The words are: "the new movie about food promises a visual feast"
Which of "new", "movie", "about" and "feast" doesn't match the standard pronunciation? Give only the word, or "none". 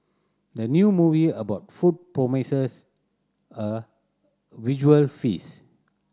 feast